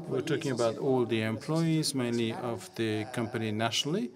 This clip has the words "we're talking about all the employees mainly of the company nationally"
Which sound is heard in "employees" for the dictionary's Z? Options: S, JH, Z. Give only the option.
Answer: Z